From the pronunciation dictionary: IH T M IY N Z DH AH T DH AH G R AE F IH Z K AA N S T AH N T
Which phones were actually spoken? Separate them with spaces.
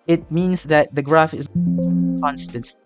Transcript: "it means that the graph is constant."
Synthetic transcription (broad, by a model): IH T M IY N Z DH AH T DH AH G R AE F IH Z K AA N S T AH N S